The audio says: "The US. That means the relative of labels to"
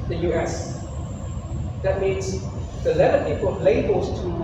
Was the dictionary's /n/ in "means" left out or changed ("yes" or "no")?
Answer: no